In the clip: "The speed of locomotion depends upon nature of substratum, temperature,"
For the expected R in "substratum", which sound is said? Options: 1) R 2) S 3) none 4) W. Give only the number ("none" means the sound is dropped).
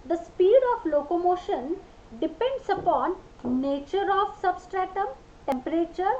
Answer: 1